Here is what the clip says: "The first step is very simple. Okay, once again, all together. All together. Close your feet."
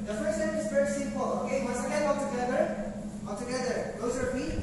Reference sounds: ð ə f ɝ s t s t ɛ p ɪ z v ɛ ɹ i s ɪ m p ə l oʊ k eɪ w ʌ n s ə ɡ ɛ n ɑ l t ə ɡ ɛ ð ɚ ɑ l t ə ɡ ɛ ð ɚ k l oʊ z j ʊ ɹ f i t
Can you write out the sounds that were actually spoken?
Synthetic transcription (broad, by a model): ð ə f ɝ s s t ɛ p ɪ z f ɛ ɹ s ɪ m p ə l oʊ k eɪ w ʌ s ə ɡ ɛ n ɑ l t ə ɡ ɛ ð ɚ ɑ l t ə ɡ ɛ ð ɚ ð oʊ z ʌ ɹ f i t